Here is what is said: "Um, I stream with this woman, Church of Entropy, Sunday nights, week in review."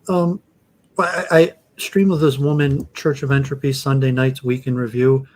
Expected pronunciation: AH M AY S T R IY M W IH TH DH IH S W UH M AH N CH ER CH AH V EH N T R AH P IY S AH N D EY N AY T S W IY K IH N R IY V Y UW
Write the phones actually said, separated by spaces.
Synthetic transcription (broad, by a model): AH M AY S T R IY M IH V DH IH S W UH M AH N CH ER CH AH V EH N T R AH P IY S AH N D EY N AY T S W IY K IH N R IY V Y UW